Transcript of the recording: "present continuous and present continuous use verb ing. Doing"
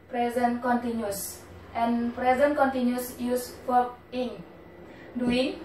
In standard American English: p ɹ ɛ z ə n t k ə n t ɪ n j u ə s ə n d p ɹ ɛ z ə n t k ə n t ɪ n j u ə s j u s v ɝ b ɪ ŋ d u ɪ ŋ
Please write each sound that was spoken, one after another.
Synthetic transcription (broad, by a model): p ɹ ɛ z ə n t k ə n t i n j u s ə n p ɹ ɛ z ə n k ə n t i n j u s j u s f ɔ ɪ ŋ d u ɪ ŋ